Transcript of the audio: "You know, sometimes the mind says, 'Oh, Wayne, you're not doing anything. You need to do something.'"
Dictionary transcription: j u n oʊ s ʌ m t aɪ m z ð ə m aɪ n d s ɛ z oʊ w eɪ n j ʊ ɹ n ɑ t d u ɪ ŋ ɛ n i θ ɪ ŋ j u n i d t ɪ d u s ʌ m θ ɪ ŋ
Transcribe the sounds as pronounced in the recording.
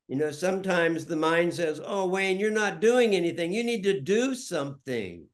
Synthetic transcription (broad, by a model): j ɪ n oʊ s ʌ m t aɪ m z ð ə m aɪ n d s ɛ z oʊ w eɪ n j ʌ ɹ n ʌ t d u ɪ ŋ ɛ n i θ ɪ ŋ j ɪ n i d t ɪ d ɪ s ʌ m θ ɪ ŋ